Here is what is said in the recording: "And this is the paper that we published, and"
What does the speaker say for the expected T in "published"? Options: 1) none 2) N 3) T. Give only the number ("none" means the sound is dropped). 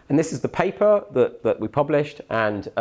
3